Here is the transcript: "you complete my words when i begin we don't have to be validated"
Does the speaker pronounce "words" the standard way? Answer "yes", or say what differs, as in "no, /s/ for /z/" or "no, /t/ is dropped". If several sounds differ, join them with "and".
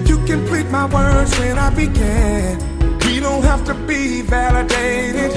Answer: yes